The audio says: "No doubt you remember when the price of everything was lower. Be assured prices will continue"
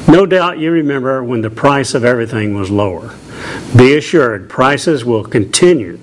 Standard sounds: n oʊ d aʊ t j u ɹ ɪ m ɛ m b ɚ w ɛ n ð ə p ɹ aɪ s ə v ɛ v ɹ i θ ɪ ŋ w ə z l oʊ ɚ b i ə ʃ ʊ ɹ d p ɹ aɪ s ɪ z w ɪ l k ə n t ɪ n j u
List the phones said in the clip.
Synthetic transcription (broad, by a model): n oʊ d aʊ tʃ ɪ ɹ ɪ m ɛ m b ɚ w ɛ n ð ə p ɹ aɪ s ə v ɛ v ɹ i θ ɪ ŋ w ə z l oʊ ɚ b i ə ʃ ʊ ɹ d p ɹ aɪ s ɪ z w ɪ l k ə n t ɪ n j u